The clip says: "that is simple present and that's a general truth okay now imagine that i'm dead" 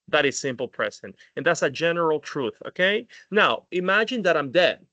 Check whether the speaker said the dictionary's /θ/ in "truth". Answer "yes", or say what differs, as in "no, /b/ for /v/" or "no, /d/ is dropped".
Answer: yes